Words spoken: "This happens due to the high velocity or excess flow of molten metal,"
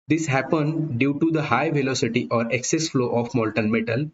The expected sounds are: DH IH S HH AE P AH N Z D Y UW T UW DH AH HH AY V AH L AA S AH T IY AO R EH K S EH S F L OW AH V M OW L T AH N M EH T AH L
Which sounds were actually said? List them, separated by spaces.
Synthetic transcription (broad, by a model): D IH S HH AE P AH N D Y UW T UW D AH HH AY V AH L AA S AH T IY AO R EH K S EH S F L OW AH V M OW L T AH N M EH T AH L